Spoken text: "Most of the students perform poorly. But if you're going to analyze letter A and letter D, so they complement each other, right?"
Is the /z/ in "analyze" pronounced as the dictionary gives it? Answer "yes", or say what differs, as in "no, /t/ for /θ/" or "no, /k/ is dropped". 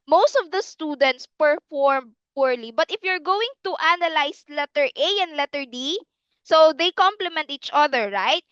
no, /s/ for /z/